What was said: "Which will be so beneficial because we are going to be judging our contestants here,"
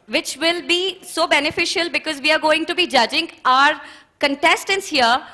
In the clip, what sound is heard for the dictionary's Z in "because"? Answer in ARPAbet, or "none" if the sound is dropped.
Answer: Z